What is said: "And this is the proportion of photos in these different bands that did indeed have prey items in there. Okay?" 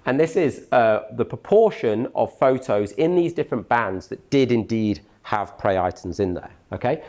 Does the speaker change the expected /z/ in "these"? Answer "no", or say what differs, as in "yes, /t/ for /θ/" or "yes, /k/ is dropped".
no